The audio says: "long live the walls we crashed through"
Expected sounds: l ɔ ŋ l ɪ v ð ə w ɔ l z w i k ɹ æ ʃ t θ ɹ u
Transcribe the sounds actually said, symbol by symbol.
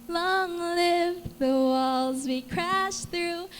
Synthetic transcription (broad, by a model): l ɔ ŋ l ɪ v ð ə w ɔ l z w i k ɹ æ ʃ θ ɹ u